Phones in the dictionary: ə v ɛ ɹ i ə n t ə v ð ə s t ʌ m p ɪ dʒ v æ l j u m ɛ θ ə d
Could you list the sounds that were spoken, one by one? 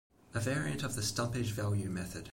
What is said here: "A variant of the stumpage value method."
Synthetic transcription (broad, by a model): ə v ɛ ɹ i ə n t ə v ð ə s t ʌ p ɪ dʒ v æ l j u m ɛ θ ə d